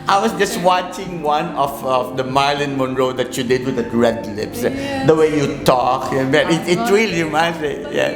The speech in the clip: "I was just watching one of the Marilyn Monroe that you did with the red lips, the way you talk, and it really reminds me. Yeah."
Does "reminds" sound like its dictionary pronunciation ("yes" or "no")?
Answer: no